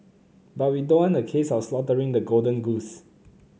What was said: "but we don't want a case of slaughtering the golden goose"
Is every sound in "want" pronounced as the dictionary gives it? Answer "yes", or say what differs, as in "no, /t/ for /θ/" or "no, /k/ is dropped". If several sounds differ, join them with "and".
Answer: no, /t/ is dropped